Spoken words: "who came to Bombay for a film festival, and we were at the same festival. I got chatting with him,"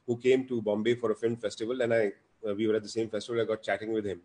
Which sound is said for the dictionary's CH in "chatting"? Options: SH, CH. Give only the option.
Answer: CH